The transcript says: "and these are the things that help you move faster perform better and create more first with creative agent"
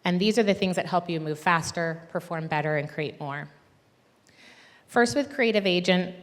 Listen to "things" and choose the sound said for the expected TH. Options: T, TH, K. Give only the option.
TH